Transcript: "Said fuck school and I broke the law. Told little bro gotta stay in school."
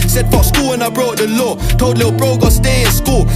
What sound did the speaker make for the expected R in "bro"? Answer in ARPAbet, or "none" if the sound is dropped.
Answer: R